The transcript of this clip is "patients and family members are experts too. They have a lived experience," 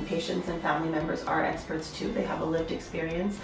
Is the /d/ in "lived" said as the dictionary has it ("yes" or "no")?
yes